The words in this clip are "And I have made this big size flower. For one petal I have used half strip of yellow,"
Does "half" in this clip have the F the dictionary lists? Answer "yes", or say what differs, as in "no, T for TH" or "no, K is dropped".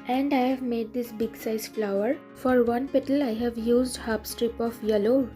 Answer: no, P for F